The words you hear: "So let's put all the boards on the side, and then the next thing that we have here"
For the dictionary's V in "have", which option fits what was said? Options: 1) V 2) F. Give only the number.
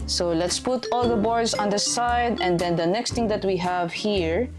1